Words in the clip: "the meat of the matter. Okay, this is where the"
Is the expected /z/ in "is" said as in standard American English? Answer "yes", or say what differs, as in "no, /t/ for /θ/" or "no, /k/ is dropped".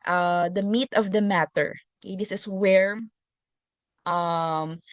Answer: no, /s/ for /z/